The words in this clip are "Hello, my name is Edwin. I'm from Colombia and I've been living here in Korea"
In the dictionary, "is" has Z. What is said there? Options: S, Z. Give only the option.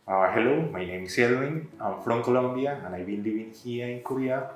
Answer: S